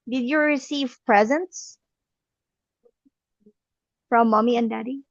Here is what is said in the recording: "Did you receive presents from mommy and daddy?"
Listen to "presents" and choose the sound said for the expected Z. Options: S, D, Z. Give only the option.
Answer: Z